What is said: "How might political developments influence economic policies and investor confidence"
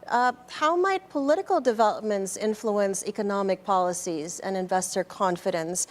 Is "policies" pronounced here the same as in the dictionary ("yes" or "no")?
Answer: yes